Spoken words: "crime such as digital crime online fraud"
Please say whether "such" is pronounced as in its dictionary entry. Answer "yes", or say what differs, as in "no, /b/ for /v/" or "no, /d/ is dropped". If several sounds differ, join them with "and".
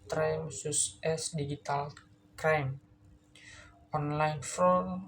no, /s/ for /tʃ/